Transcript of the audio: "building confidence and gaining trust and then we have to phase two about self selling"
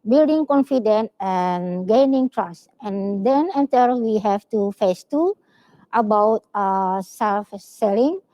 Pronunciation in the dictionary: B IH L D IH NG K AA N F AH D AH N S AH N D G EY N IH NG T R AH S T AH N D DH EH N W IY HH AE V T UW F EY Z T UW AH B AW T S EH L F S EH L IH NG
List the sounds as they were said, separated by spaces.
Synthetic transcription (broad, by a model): B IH L D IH NG K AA N F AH D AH N AH N G EY N IH NG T R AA S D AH N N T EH L W IY HH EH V T UW F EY S T UW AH B AW T S EH L F S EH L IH NG